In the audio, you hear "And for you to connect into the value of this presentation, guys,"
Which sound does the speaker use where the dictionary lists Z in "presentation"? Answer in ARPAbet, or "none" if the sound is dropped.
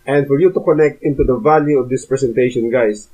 S